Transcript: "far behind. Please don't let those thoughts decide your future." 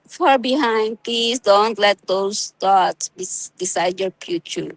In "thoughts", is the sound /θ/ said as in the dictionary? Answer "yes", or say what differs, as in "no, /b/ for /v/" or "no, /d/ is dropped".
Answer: no, /t/ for /θ/